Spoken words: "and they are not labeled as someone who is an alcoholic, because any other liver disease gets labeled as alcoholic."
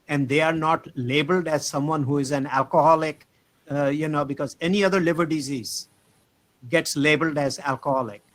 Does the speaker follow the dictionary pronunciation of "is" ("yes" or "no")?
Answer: yes